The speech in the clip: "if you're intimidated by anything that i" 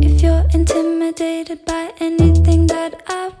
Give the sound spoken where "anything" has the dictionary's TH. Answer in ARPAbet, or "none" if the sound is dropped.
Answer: TH